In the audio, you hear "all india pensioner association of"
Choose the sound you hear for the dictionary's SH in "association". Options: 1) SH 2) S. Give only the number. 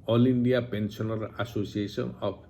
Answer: 2